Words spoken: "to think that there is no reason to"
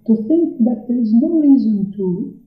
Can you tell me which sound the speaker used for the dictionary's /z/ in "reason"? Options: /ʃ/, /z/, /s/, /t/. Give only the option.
/z/